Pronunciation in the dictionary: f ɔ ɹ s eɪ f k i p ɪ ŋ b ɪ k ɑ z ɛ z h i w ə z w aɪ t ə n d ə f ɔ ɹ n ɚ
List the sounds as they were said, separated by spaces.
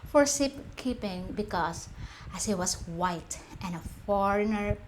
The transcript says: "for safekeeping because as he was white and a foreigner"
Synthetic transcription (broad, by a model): f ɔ ɹ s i p k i p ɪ ŋ b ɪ k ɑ s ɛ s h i w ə s w aɪ t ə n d ə f ɔ ɹ n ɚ